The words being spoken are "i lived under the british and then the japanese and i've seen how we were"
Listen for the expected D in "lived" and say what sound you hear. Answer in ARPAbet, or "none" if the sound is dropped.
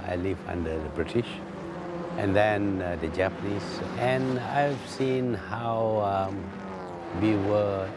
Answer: none